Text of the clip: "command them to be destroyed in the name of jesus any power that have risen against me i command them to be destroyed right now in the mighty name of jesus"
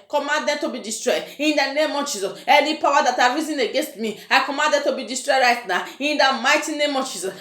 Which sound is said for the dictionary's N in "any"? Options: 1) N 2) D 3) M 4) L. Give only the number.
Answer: 4